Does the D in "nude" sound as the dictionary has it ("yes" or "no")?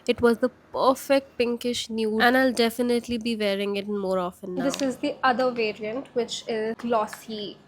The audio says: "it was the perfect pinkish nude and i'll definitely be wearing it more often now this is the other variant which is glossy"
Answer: no